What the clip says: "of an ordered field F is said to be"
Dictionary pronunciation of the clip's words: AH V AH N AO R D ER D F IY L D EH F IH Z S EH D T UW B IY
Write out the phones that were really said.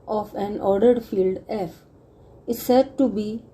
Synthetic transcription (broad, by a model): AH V AH N AO R D ER D F IY L D EH F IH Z S EH D T UW B IY